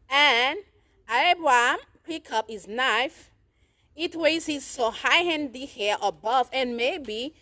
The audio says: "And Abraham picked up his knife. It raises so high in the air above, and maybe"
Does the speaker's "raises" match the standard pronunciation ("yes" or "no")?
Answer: no